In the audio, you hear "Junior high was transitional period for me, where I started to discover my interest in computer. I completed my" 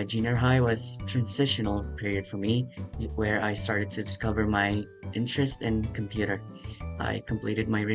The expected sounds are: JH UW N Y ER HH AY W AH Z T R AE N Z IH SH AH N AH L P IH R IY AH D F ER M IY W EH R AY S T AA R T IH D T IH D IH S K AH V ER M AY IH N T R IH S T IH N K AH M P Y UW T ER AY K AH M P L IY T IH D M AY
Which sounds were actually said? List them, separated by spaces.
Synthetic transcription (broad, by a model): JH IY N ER HH AY W AH Z T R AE N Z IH SH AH N L P IH R IY AH D F ER M IY W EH R AY S T AA R T IH D T IH D IH S K AH V ER M AY IH N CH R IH S T IH N K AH M P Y UW T ER AY K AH M P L IY T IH D M AY